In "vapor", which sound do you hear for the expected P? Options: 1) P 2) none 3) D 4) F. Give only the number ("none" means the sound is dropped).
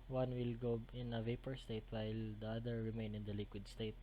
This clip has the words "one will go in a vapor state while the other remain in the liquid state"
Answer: 1